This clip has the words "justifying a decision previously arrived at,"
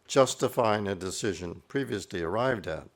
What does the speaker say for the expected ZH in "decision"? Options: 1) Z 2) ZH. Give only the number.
2